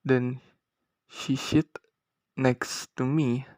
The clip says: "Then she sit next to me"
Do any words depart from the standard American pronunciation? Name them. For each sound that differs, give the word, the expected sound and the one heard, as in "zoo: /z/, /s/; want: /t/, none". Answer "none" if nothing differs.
sit: /s/, /ʃ/